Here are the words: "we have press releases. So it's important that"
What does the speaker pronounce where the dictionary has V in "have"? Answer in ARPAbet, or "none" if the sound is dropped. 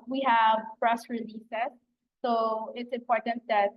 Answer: V